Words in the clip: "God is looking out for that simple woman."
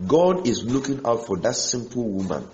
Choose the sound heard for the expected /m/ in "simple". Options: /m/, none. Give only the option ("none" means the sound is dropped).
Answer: /m/